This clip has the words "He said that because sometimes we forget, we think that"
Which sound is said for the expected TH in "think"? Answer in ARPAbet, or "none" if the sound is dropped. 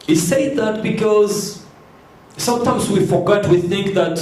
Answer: TH